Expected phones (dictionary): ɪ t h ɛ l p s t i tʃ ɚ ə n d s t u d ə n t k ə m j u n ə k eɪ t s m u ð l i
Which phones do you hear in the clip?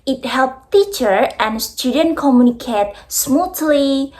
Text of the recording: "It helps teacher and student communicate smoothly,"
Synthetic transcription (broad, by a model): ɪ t h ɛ l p t i tʃ ɚ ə n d s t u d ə n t k ə m j u n ə k eɪ t s m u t l i